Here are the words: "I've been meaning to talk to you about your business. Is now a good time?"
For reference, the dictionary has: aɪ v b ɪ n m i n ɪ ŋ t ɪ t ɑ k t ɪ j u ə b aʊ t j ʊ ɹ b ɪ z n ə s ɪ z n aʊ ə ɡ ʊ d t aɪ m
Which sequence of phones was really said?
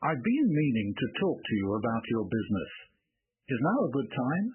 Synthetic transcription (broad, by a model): aɪ v b ɪ n m i n ɪ ŋ t ɪ t ɑ k t ɪ j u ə b aʊ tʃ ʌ ɹ b ɪ z n ə s ɪ z n aʊ ə ɡ ʊ d t aɪ m